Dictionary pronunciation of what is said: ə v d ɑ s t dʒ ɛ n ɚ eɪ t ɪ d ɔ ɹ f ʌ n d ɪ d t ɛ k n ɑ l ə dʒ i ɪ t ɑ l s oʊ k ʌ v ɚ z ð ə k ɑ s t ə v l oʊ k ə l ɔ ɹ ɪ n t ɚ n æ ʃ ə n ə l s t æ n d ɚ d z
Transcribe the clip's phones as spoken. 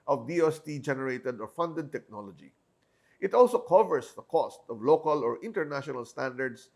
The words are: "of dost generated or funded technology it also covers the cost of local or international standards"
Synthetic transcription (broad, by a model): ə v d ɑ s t dʒ ɛ n ɚ eɪ t ɪ d ɔ ɹ f ʌ n d ɪ d t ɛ k n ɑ l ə dʒ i ɪ t ɑ l s oʊ k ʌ v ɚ s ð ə k ɑ s t ə v l oʊ k ə l ɔ ɹ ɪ n t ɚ n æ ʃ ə n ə l s t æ n d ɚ d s